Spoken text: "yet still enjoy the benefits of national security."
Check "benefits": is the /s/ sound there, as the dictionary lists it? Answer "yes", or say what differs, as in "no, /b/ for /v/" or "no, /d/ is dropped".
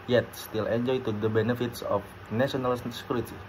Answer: yes